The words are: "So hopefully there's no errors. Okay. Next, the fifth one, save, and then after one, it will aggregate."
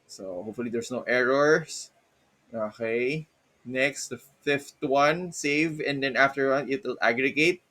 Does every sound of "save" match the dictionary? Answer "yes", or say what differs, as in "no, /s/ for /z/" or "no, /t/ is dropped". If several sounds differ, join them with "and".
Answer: yes